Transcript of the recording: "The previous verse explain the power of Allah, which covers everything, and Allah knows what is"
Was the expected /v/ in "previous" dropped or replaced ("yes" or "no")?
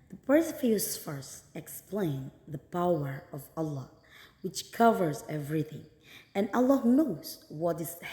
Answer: yes